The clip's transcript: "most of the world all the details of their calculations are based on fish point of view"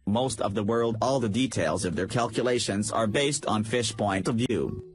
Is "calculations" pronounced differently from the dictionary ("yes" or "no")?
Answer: no